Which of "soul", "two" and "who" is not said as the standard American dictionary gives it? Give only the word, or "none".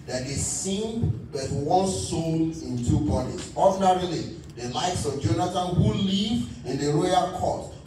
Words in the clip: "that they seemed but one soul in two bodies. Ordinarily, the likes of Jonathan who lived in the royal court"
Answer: soul